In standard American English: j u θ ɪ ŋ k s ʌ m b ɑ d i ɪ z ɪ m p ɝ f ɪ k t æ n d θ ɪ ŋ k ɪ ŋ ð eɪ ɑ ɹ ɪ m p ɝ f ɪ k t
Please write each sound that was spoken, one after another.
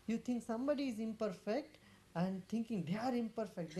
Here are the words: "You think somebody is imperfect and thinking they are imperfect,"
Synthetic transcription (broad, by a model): j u t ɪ ŋ k s ʌ m b ɑ d i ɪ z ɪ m p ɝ f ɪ k t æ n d t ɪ ŋ k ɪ ŋ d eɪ ɑ ɹ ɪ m p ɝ f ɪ k t